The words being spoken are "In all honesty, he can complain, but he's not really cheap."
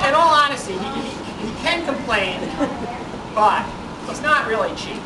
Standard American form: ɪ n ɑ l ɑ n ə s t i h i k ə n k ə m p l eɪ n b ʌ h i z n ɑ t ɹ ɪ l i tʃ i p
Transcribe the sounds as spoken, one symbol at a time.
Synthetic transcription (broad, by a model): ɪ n ɑ l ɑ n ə s t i h i k ə n k ə m p l eɪ n b ʌ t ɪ s n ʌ t ɹ ɪ l i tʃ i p